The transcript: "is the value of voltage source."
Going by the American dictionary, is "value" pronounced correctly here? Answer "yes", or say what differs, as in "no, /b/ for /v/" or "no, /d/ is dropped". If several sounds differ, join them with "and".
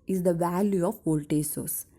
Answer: yes